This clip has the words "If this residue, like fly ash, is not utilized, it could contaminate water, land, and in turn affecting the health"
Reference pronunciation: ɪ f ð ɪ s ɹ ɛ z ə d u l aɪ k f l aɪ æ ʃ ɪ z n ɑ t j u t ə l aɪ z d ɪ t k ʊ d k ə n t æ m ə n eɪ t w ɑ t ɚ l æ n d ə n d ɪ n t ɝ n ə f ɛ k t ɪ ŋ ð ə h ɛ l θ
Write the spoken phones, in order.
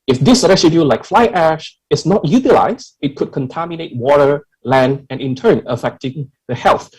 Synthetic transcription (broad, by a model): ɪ f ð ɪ s ɹ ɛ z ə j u l aɪ k f l aɪ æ ʃ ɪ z n ɑ t j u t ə l aɪ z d ɪ t k ʊ d k ə n t æ m ə n eɪ t w ɑ t ɚ l æ n d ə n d ɪ n t ɝ n ə f ɛ k t ɪ ŋ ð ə h ɛ l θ